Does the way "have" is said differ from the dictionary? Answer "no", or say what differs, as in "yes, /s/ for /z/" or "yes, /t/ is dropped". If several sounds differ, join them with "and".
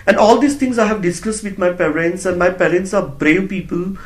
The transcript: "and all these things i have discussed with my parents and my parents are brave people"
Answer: no